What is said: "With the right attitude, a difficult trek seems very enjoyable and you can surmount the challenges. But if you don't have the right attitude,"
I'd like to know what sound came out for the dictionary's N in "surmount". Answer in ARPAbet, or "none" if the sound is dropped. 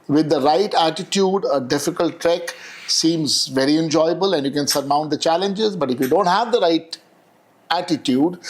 N